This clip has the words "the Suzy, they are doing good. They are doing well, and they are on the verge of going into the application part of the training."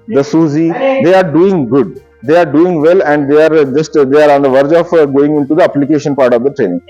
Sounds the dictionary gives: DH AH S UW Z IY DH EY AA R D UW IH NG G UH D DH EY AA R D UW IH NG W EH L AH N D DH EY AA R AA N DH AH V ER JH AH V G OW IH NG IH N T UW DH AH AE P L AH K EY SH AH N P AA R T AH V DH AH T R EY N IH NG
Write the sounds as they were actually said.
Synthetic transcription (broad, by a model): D AH S UW Z IY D EY AA R D UW IH NG G UH D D EY AA R D UW IH NG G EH L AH N D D EY AA R AA N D AH V ER JH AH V G OW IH NG IH N T UW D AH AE P L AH K EY SH AH N P AA R T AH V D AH T R EY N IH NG